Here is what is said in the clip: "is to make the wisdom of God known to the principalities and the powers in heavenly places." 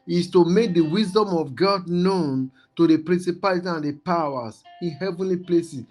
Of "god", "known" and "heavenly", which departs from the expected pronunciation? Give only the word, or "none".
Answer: none